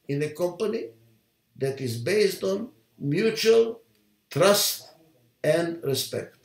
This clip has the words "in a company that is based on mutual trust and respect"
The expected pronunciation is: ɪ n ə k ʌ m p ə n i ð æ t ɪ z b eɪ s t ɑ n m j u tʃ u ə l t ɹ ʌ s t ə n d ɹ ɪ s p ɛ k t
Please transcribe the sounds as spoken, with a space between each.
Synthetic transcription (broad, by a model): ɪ n ə k ʌ m p ə n i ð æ t ɪ z b eɪ s t ɑ n m j u tʃ u ə l t ɹ ʌ s t ə n d ɹ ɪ s p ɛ k t